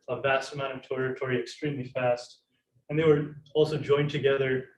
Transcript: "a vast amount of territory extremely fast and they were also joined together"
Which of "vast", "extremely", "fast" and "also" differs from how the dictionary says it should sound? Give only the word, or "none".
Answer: none